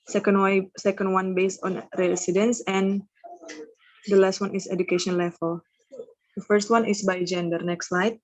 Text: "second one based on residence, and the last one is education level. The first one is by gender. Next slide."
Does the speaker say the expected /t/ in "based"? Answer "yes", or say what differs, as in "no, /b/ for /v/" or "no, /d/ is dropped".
yes